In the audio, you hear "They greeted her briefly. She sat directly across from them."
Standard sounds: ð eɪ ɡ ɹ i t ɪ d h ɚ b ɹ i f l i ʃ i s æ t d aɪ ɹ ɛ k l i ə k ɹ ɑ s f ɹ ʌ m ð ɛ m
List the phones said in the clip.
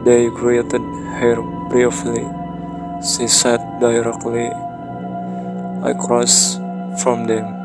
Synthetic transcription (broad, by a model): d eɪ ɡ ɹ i t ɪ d h ɚ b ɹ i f l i s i s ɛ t d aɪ ɹ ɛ k l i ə k ɹ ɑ s f ɹ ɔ m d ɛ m